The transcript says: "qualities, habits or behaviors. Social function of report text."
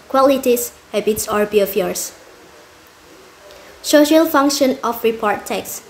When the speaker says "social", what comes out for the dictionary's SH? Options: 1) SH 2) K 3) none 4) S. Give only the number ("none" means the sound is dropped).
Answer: 1